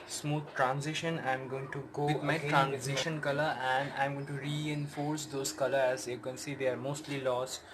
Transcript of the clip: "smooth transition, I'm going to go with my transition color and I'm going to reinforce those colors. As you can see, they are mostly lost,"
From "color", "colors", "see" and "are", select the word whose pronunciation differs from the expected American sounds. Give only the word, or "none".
colors